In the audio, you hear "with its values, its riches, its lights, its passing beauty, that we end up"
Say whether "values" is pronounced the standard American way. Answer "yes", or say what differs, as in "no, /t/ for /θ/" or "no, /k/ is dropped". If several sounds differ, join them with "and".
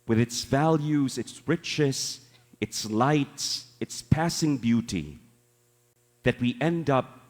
yes